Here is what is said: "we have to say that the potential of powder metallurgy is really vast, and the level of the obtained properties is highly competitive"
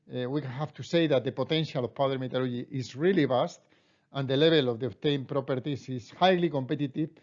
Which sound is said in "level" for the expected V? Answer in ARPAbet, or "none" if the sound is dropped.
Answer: B